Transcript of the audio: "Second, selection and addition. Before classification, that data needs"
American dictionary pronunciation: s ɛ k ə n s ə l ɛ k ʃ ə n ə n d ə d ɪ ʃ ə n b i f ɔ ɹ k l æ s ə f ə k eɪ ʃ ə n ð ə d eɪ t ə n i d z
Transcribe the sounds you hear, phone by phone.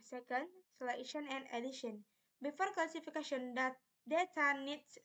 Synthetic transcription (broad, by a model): s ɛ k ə n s l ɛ ʃ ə n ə n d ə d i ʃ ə n b i f ɔ ɹ k l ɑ s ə f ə k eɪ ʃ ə n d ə d eɪ t ə n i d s